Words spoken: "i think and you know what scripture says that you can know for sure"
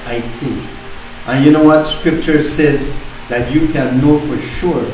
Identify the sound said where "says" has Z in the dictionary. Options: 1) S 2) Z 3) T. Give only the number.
2